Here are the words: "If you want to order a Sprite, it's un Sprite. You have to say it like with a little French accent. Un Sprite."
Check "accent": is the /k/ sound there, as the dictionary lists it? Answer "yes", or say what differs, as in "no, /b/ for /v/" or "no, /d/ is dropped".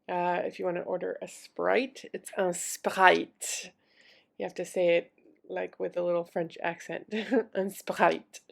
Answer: yes